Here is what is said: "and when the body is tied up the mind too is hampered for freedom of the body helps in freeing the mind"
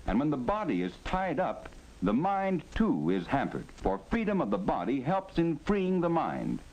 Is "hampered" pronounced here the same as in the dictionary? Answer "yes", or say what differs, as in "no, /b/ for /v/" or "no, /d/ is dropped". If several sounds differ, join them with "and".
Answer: yes